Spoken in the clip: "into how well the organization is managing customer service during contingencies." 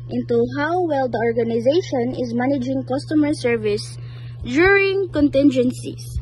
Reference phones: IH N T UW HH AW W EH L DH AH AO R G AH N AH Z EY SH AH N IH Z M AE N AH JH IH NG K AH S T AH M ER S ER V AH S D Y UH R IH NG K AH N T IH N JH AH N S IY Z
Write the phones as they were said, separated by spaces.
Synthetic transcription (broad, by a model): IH N T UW HH AW W EH L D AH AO R G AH N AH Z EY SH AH N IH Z M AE N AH JH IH NG K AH S T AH M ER S ER V AH S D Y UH R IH NG K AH N T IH N JH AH N S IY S